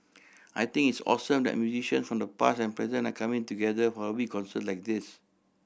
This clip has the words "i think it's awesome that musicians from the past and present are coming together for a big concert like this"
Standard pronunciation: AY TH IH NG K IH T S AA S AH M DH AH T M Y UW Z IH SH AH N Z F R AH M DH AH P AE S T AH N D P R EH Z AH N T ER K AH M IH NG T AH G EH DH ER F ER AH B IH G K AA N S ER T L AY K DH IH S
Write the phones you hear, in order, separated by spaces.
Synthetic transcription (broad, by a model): AY T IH NG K IH T S AA S AH M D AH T M Y UW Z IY SH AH N S F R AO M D AH P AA S AH N P R EH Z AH N AA K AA M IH NG T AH G EH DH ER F AH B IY K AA N S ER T L AY K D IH S